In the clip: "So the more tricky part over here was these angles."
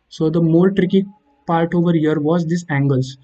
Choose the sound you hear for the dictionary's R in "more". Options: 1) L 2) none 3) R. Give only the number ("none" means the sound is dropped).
1